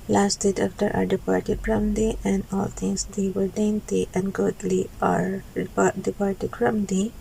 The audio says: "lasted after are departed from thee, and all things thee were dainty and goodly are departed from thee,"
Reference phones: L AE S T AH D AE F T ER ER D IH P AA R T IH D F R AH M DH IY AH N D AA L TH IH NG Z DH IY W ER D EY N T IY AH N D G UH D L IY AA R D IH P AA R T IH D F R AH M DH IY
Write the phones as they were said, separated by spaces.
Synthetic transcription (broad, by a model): L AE S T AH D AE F T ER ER D IH P AA R T IH D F R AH M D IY AH N D AA L T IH NG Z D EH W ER D EY N T IY AH N D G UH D L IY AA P D IH P AA R T IH D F R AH M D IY